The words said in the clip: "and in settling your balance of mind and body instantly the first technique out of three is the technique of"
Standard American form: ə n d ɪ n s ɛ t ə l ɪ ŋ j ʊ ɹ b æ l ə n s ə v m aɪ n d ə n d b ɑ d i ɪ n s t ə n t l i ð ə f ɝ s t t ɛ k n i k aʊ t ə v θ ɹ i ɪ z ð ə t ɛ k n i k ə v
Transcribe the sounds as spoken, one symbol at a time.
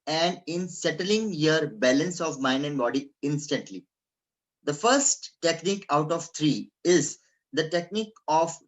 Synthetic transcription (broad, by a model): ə n d ɪ n s ɛ t ə l ɪ ŋ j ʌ ɹ b æ l ə n s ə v m aɪ n d ə n d b ɑ d i ɪ n s t ə n t l i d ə f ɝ s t t ɛ k n i k aʊ t ə v t ɹ i ɪ z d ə t ɛ k n i k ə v